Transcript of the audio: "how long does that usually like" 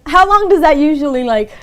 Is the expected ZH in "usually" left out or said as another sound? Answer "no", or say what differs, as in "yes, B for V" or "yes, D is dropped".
no